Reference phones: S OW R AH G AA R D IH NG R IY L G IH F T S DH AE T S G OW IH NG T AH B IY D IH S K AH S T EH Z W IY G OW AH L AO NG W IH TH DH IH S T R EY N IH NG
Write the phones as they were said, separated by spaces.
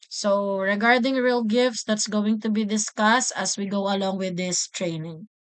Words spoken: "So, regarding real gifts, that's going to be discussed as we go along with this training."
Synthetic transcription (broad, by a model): S OW R AH G AA R D IH NG R IY L G IH F T S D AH T S G OW IH NG T AH B IY D IH S K AH S T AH S W IY G OW AH L AO NG W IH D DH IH S T R EY N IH NG